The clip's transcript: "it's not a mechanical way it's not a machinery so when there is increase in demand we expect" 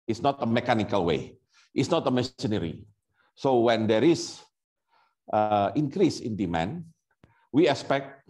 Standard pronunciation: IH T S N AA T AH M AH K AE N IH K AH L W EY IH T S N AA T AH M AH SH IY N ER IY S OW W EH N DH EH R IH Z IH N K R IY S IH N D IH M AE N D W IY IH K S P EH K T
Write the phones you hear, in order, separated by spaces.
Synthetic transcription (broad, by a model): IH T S N AA T AH M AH K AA N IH K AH L W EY IH T S N AA T AH M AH S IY N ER IY S OW W EH N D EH R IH S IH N K R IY S IH N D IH M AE N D W IY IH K S P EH K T